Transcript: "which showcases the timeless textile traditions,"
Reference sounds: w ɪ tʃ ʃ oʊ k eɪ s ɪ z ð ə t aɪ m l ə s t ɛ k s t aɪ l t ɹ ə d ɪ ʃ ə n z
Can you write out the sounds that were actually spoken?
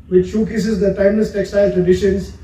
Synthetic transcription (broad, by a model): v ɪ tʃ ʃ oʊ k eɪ s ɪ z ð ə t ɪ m ə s t ɛ k s t aɪ l t ɹ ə d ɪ ʃ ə n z